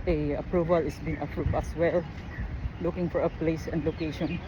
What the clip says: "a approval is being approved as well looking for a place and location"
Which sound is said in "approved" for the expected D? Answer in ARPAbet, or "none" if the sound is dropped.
none